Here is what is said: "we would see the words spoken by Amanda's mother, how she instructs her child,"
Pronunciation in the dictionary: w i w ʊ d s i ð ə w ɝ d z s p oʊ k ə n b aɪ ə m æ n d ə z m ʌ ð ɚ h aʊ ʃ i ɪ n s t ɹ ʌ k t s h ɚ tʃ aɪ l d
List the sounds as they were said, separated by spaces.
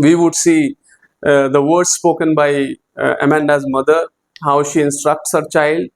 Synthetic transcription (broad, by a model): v i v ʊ d s i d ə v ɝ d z s p oʊ k ə n b aɪ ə m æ n d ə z m ʌ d ɚ h aʊ ʃ i ɪ n s t ɹ ʌ k t s h ɚ tʃ aɪ l d